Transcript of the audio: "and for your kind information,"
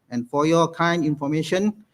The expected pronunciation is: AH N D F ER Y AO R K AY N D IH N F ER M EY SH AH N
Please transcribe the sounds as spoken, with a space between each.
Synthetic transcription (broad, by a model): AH N F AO Y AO K AY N IH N F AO M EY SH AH N